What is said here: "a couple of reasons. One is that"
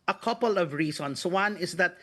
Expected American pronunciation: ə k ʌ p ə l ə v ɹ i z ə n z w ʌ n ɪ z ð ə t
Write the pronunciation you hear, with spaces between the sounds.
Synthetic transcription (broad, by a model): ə k ʌ p ə l ə v ɹ i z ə n s w ʌ n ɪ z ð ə t